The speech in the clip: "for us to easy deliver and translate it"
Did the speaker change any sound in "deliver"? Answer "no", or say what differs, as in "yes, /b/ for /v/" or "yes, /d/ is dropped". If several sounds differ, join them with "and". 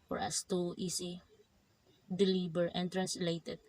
yes, /b/ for /v/